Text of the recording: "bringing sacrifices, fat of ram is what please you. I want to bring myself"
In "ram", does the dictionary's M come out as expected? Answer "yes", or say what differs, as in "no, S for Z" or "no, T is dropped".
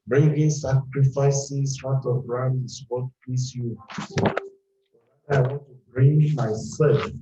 no, M is dropped